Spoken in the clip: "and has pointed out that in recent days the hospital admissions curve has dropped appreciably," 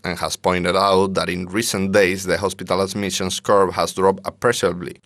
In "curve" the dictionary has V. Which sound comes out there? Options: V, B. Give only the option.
B